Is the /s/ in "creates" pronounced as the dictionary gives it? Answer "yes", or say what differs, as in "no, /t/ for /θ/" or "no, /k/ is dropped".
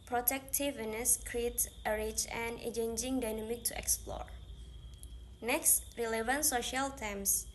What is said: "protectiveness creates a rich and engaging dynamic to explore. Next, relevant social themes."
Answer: no, /s/ is dropped